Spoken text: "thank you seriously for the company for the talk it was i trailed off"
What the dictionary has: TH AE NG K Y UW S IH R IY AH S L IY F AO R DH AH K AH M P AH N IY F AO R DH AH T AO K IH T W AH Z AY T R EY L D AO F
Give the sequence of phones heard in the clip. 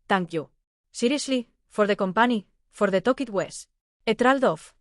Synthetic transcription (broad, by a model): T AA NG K Y UW S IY R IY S L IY F AO R DH AH K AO M P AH N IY F AO R DH AH T AO K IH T W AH S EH T R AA L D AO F